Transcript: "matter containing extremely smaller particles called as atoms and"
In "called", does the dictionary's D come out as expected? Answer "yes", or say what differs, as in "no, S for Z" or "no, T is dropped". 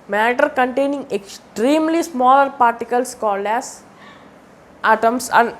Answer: yes